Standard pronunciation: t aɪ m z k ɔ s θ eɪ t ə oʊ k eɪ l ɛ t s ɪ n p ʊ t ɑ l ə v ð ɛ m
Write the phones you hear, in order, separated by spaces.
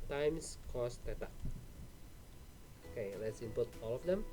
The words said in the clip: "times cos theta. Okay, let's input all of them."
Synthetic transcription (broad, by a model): t aɪ m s k ɔ s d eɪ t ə oʊ k eɪ l ɛ t s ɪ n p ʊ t ɑ l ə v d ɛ m